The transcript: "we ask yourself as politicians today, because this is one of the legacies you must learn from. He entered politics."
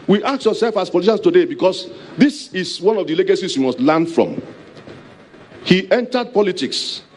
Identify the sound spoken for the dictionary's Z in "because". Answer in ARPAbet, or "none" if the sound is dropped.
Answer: S